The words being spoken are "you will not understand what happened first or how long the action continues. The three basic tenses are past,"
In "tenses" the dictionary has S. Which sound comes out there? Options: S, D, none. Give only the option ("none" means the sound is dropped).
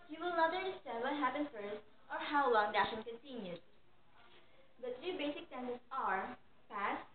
none